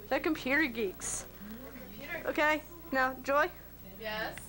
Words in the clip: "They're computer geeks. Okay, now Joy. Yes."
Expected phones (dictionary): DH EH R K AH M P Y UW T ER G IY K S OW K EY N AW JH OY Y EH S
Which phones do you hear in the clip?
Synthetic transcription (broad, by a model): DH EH K AH M P Y UW T ER G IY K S OW K EY N AW JH OY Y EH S